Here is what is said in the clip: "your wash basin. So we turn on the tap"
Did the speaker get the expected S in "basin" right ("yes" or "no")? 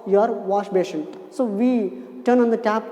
no